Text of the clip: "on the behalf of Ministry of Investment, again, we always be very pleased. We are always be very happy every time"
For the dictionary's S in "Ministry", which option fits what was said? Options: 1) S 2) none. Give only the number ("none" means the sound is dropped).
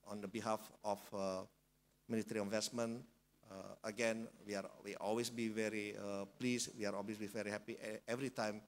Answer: 2